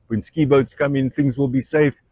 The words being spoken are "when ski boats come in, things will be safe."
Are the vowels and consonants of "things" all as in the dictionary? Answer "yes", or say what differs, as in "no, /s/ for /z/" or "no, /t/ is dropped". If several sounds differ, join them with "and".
yes